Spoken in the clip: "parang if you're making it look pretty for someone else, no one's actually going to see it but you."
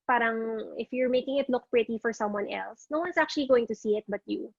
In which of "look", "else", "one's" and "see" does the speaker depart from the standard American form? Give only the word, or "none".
one's